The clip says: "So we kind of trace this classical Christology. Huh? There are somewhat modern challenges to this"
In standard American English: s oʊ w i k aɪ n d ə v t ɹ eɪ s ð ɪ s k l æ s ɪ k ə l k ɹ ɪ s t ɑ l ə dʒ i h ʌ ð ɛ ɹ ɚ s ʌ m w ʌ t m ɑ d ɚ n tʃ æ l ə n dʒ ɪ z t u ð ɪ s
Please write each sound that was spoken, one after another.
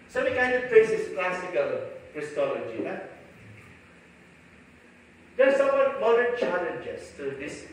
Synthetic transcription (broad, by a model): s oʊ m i k aɪ n d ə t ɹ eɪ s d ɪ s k l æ s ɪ k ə l k ɹ ɪ s t ɑ l ə dʒ i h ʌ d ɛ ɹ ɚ s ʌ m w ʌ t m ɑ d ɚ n tʃ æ l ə n dʒ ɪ s t u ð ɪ s